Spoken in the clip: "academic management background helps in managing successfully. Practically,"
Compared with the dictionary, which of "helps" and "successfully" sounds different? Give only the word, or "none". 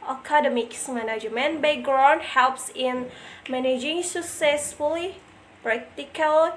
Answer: none